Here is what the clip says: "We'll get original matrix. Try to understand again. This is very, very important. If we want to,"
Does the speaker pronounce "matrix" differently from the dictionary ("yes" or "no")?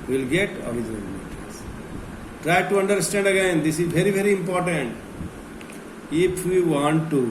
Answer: yes